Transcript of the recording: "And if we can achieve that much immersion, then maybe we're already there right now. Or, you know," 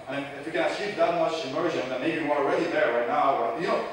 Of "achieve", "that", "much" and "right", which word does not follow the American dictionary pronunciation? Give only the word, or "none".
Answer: achieve